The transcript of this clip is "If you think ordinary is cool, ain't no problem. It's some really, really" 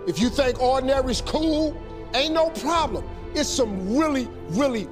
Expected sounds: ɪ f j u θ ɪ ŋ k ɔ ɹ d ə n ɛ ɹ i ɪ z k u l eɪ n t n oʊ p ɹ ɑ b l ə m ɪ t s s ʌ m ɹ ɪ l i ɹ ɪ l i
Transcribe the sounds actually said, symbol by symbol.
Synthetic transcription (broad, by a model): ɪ f j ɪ θ ɪ ŋ k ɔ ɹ d n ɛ ɹ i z k u l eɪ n n oʊ p ɹ ɑ b l ə m ɪ t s s ʌ m ɹ ɪ l i ɹ ɪ l i